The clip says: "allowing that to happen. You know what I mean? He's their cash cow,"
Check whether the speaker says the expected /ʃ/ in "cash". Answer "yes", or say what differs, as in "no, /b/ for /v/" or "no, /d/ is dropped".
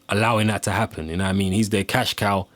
yes